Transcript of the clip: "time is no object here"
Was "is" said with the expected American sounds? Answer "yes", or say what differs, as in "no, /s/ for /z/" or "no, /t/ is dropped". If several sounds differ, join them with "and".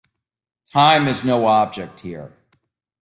yes